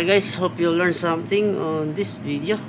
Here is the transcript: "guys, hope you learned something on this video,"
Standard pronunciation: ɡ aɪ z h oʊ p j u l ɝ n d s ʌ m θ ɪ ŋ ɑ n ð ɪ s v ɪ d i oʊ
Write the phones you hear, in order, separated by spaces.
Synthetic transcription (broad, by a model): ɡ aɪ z h oʊ p j u l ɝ n s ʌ m t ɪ ŋ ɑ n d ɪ s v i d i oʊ